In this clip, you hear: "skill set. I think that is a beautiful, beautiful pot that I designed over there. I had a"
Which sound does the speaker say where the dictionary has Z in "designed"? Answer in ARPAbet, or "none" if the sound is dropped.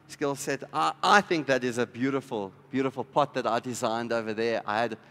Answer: Z